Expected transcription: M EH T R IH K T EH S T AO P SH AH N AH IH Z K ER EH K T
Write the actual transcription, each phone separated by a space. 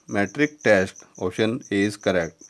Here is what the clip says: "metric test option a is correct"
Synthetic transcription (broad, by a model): M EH T R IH K T EH S T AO SH AH N AH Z K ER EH K T